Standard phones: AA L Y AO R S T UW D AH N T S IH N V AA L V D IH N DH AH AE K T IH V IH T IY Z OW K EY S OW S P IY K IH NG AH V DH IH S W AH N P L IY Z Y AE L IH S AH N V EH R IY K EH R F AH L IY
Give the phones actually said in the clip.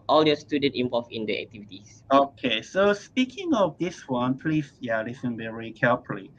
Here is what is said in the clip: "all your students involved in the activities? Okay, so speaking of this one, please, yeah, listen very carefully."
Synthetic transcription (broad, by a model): AA L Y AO S T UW D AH N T IH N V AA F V IH N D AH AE K T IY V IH T IY S OW K EY S OW S P IY K IH NG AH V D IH S W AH N P L IY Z Y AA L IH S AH N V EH R IY K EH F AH L IY